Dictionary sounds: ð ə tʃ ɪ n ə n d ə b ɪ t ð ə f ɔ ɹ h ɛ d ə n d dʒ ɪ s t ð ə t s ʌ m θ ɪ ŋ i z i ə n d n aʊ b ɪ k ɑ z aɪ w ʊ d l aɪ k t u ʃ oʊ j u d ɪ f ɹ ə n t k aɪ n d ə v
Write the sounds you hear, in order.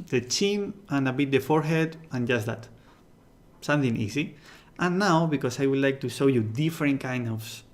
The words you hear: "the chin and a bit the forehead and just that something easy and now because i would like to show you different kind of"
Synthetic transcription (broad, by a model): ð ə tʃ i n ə n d ə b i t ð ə f ɔ ɹ h ɛ d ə n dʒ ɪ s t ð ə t s ʌ m θ ɪ ŋ i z i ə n n aʊ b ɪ k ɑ s aɪ w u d l aɪ k t u ʃ oʊ j u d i f ɹ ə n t k aɪ n d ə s